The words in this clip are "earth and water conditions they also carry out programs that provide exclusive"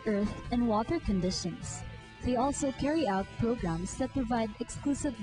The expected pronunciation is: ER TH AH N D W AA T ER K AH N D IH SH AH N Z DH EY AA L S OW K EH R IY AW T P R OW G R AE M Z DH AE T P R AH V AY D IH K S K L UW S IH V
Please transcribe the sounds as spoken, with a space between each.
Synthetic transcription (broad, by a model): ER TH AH N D W AA T ER K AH N D IH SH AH N S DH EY AA L S OW K EH R IY AW T P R OW G R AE M S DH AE T P R AH V AY D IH K S K L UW S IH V